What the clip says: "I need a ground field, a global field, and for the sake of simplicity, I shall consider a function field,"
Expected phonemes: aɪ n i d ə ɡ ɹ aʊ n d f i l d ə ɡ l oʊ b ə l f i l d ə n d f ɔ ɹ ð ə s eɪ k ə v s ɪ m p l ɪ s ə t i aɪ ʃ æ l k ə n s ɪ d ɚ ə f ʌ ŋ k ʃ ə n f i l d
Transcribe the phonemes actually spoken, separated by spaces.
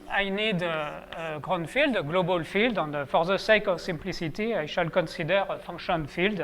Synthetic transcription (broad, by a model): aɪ n i d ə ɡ ɹ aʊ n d f i l d ɡ l oʊ b ə l f i l d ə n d f ɔ ɹ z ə s eɪ k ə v s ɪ m p l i s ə t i aɪ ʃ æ l k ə s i d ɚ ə f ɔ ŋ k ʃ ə n f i l d